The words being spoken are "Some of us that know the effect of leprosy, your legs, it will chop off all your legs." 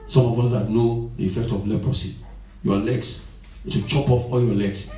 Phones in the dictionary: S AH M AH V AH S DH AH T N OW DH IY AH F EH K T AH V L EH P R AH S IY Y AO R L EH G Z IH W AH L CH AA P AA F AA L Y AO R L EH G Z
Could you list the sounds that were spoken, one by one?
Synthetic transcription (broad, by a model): S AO M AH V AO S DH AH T N OW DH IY AH F EH K T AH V L EH P R AH S IY Y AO L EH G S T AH CH AA P AA F AA L Y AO L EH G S